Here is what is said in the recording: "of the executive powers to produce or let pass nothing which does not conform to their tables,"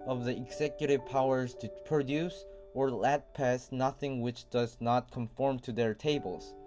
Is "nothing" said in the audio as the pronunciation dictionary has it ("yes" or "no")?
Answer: yes